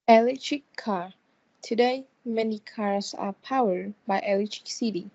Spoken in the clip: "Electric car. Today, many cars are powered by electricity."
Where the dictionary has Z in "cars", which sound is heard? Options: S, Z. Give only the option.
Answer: S